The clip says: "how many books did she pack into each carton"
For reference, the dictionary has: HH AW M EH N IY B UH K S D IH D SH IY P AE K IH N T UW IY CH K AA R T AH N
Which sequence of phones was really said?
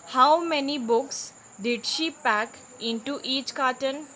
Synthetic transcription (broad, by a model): HH AW M EH N IY B UH K S D IH D SH IY P AE K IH N T UW IY CH K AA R T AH N